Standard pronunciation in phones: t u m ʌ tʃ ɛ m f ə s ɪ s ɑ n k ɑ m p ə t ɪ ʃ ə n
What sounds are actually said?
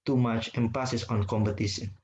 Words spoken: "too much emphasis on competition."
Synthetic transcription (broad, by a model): t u m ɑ tʃ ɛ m p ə s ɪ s ɑ n k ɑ m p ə t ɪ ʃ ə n